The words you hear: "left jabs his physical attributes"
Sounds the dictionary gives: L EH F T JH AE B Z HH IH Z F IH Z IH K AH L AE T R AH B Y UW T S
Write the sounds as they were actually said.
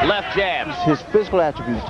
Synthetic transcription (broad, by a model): L EH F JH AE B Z HH IH Z F IH Z IH K AH L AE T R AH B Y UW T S